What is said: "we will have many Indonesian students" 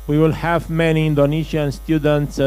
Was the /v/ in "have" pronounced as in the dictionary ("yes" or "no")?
yes